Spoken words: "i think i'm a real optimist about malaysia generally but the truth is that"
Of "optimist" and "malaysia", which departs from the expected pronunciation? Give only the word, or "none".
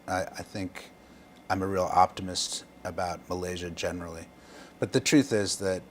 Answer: none